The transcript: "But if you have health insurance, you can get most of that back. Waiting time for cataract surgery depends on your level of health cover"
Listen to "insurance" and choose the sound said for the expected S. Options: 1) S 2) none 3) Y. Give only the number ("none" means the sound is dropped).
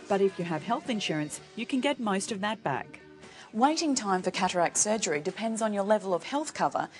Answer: 1